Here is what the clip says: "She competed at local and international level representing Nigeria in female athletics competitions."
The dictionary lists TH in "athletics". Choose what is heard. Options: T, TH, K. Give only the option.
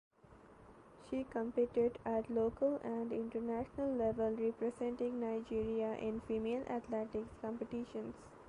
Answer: T